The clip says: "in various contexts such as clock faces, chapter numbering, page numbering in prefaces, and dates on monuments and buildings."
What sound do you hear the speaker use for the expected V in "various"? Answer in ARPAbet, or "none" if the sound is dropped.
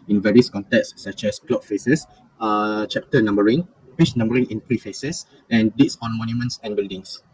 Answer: V